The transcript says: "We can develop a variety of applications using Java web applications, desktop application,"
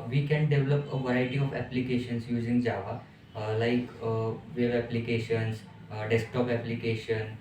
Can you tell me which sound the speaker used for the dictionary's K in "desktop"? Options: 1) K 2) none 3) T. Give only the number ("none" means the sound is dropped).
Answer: 1